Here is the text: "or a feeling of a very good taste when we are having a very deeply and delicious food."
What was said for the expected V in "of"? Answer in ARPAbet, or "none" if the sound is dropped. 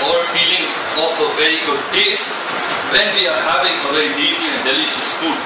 F